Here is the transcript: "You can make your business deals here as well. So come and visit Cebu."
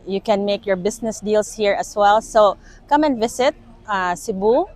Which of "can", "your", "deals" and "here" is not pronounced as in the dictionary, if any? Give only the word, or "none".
deals